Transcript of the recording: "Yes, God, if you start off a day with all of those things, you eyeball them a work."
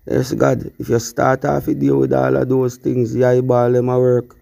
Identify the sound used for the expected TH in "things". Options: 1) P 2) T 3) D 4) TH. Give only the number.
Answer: 2